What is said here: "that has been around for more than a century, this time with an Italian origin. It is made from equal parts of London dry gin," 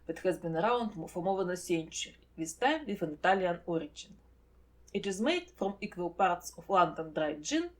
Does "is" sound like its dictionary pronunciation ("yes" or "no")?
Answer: yes